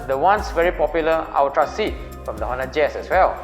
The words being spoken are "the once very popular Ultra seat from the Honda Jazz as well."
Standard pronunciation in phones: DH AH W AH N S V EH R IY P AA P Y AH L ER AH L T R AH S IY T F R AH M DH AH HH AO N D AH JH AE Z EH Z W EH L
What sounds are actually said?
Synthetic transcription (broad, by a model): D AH W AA N S V EH R IY P AA P Y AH L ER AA W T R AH S IY T F R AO M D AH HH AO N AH JH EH S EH S W EH L